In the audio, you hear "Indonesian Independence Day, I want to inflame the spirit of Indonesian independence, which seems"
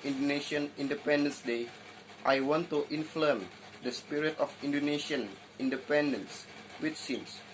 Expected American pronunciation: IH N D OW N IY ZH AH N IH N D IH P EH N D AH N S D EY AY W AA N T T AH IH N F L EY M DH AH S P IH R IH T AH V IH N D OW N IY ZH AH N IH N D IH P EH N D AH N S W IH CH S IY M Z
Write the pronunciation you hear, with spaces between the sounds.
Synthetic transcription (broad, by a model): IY N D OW N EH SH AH N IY N D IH P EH N D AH N S D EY AY W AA N T T AH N F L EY M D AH S P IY R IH T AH F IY N D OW N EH SH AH N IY N D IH P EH N D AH N S W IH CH S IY M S